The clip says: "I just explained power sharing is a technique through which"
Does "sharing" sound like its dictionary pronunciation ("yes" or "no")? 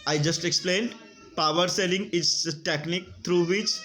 no